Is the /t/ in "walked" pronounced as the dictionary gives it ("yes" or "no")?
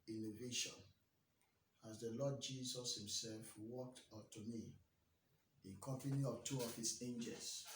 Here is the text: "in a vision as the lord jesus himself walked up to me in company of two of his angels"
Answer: yes